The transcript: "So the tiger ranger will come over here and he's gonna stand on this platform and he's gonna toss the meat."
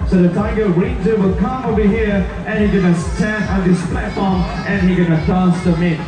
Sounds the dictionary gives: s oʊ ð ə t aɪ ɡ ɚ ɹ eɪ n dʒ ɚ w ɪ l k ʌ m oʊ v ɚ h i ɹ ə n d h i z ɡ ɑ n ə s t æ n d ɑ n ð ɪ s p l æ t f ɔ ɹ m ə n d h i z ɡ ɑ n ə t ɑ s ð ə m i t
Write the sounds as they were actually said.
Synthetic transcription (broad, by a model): s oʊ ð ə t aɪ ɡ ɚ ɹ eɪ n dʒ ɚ w ɪ l k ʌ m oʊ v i h i ɹ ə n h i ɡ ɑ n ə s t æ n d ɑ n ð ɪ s p l æ t f ɔ ɹ m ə n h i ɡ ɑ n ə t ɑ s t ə m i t